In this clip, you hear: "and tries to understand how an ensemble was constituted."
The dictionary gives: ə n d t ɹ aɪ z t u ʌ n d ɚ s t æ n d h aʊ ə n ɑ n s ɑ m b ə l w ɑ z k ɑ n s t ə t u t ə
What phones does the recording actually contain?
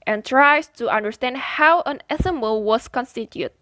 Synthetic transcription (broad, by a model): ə n t ɹ aɪ s t u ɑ n d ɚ s t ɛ n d h aʊ ə n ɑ s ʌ m ə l w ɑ s k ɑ n s t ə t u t